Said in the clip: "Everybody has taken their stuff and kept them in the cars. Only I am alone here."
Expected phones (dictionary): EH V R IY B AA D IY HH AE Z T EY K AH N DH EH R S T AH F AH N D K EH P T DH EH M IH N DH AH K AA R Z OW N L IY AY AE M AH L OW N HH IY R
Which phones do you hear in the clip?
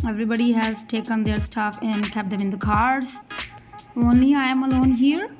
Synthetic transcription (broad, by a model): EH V R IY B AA D IY HH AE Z T EY K AH N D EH R S T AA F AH N K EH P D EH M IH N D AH K AA R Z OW N IY AY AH M AH L OW N HH IY R